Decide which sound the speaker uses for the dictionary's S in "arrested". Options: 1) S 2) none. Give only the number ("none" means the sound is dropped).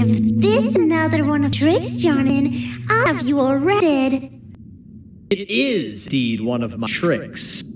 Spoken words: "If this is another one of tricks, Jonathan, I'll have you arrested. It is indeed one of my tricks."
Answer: 2